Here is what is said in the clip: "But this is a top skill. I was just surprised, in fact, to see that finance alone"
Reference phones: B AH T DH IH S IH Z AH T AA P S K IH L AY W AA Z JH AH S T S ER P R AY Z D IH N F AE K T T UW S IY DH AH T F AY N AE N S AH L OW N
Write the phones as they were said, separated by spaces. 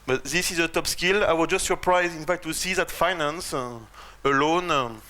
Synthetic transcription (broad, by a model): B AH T DH IH S IH Z AH T AA P S K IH L AY W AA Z JH AH S T S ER P R AY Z IH N F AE K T T UW S IY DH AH T F AY N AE N S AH L OW N